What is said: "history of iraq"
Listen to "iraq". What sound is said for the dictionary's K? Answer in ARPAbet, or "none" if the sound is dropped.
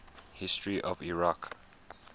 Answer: K